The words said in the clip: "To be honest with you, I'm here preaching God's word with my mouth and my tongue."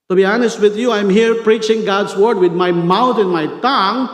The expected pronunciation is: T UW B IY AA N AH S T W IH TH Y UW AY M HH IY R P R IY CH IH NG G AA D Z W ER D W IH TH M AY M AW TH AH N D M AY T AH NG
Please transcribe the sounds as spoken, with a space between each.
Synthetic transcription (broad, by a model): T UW B IY AA N AH S T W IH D Y UW AY M HH IY R P R IY CH IH NG G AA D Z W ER D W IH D M AY M AW T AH N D M AY T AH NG